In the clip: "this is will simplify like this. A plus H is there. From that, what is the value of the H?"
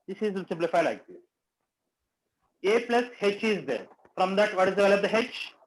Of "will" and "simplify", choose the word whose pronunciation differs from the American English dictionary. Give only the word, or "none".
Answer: will